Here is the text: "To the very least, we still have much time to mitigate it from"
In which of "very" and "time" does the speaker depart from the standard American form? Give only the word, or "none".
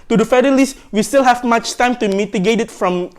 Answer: very